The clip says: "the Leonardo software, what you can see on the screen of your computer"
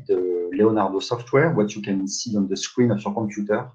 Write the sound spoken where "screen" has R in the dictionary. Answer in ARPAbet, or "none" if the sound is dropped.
W